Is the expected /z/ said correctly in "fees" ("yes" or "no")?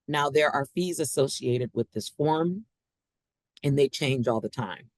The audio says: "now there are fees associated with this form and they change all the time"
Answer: yes